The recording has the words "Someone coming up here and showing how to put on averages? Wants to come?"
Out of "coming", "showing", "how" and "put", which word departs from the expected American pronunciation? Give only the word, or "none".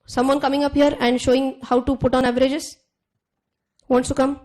none